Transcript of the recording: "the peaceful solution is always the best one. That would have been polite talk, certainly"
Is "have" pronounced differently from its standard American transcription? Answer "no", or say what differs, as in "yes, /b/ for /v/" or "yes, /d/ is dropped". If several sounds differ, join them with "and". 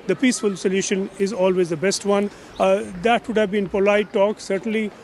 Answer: no